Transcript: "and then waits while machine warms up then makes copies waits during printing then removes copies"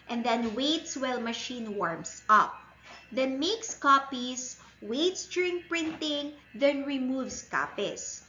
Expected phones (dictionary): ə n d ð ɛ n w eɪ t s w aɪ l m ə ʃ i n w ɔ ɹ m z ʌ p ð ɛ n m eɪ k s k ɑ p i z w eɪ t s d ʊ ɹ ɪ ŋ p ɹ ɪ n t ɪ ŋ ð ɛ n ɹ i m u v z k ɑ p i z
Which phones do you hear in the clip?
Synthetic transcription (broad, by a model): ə n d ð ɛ n w eɪ t s w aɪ l m ə ʃ i n w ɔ ɹ m s ʌ p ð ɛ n m eɪ k s k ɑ p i s w eɪ t s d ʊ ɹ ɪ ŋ p ɹ ɪ n t ɪ ŋ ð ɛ n ɹ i m u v s k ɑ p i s